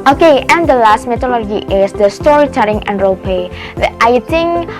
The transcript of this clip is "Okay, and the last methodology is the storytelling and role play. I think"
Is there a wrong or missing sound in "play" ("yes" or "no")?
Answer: yes